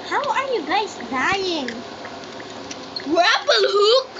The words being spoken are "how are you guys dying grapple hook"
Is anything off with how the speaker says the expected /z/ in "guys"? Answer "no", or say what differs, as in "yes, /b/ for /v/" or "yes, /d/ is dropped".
yes, /s/ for /z/